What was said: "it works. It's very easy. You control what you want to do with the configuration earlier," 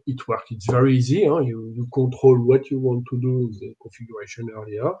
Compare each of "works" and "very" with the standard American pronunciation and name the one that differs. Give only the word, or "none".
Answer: works